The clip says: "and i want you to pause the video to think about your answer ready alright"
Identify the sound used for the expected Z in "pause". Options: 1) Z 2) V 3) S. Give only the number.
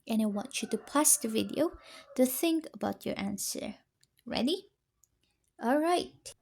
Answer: 3